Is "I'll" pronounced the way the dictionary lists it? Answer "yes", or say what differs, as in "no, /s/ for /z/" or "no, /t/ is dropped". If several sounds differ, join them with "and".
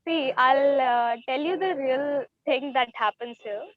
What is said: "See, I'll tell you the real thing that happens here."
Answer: yes